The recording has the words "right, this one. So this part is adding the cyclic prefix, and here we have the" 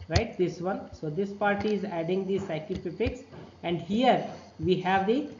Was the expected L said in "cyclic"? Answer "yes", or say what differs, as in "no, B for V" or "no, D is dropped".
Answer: no, L is dropped